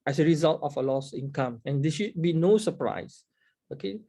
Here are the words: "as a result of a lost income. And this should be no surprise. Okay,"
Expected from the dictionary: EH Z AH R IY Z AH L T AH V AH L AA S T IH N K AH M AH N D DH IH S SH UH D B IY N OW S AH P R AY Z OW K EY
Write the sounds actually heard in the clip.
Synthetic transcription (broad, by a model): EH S AH R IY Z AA L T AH F AH L AA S IH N K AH M AH N D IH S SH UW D B IY N OW S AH P R AY S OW K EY